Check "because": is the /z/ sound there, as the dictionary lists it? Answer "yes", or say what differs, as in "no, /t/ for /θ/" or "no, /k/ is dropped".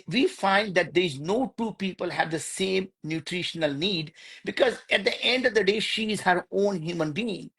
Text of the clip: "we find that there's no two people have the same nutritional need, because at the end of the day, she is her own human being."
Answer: yes